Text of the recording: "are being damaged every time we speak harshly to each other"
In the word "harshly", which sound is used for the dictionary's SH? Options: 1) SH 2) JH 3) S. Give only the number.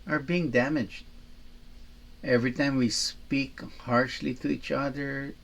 1